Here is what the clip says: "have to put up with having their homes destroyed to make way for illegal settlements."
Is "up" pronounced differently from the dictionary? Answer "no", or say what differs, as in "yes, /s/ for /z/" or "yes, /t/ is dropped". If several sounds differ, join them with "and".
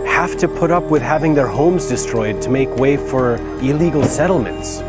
no